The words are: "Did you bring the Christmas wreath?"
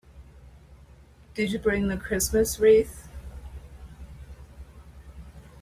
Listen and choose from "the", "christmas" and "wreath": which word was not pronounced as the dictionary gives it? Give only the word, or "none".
none